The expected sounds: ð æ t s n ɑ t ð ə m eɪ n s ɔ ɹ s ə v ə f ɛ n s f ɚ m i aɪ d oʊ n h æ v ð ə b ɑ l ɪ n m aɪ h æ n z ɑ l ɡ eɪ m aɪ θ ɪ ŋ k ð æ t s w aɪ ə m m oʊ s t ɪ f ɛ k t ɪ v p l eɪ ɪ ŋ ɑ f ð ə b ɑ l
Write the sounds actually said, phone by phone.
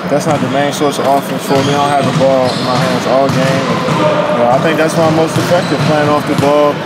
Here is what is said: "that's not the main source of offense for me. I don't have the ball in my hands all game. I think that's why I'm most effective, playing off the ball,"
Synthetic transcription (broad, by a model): ð æ t s n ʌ t ð ə m eɪ n s ɔ ɹ s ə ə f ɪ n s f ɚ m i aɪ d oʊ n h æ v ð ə b ɑ l ɪ n m aɪ h æ n z ɑ l ɡ eɪ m aɪ θ ɪ ŋ k ð æ t s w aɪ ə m m oʊ s t ɪ f ɛ k t ɪ v p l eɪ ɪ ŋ ɑ f ð ə b ɑ l